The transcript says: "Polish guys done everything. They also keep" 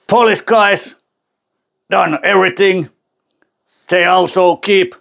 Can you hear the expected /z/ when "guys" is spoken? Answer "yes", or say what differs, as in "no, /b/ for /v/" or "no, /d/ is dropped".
no, /s/ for /z/